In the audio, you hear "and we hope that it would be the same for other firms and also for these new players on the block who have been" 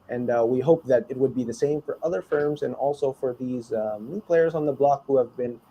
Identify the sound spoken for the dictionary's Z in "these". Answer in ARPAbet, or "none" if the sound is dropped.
Z